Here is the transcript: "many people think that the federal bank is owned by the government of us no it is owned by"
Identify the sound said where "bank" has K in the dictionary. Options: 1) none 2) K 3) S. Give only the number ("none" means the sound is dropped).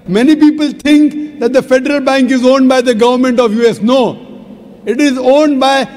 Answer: 2